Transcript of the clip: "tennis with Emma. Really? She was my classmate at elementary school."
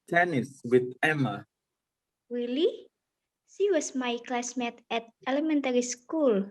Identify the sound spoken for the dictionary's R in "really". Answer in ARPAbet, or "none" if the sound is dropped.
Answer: W